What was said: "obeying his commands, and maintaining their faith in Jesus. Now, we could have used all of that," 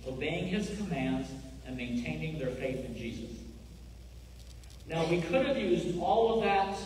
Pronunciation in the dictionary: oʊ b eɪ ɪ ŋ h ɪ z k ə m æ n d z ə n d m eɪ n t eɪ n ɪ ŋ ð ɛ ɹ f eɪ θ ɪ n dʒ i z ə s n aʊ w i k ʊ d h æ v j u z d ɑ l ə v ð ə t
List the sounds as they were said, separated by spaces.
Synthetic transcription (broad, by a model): oʊ b eɪ ɪ ŋ ɪ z k ə m æ n d z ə n m eɪ n t eɪ n ɪ ŋ ð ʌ ɹ f eɪ θ ɪ n dʒ i z ə s n aʊ w i k ʊ d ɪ v j u z d ɑ l ə v ð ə t